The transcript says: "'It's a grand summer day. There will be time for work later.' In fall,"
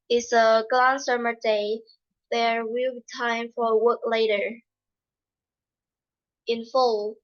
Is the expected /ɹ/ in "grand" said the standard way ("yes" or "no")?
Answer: no